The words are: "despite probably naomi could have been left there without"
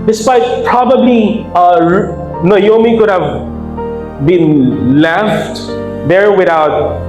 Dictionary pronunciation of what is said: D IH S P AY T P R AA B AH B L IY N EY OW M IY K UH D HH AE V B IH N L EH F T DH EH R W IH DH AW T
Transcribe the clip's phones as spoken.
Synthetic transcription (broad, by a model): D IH S P AY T P R AA B AH B L IY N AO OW M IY K UH D HH AE V B IH N L EH F T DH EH R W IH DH AW T